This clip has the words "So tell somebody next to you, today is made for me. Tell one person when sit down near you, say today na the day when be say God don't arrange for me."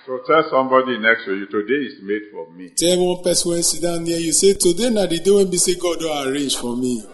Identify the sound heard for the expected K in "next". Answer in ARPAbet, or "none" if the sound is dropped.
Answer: K